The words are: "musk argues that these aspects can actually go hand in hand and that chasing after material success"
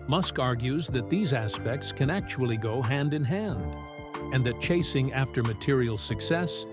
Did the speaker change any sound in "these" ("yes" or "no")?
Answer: no